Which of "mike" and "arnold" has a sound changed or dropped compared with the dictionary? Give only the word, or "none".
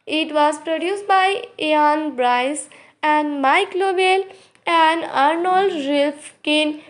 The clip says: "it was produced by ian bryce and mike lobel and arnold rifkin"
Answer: none